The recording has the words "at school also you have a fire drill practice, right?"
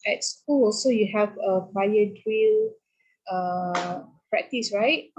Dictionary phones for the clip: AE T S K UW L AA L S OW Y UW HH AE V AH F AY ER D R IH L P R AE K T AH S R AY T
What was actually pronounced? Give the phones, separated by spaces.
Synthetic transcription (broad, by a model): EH T S K UW L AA S OW Y UW HH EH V AH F AY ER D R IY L P R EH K T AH S R AY T